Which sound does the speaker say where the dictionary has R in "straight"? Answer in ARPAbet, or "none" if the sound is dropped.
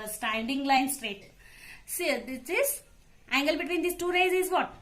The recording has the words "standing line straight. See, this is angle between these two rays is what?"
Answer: R